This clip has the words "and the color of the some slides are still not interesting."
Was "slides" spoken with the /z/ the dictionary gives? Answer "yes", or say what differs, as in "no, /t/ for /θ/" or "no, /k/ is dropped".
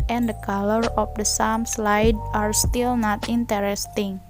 no, /z/ is dropped